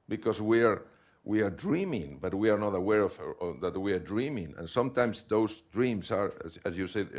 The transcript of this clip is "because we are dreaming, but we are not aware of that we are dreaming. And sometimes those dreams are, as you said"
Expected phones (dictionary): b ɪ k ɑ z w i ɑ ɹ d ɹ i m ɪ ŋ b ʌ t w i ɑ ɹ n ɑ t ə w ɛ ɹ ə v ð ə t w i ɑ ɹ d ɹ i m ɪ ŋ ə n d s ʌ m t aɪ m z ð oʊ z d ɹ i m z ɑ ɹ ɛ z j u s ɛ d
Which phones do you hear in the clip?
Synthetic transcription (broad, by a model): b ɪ k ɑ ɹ w i ɑ ɹ d ɹ i m ɪ ŋ b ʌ t w i ɑ ɹ n ɑ t ə w ɛ ɹ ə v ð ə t w i ɑ ɹ d ɹ i m ɪ ŋ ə n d s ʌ m t aɪ m s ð oʊ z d ɹ i m s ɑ ɹ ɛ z j u s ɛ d